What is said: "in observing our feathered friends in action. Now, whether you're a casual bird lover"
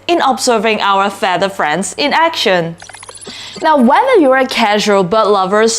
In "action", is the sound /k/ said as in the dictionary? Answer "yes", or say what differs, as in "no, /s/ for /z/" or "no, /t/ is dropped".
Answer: yes